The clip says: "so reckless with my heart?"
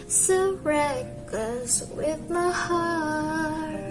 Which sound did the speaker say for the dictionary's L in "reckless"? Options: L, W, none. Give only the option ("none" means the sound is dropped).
none